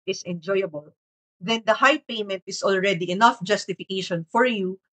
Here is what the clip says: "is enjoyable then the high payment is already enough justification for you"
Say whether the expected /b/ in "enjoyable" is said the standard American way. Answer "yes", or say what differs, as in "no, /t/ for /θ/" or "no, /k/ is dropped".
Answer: yes